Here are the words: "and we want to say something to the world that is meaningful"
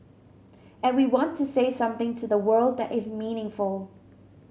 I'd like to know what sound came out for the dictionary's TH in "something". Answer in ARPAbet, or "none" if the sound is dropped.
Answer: TH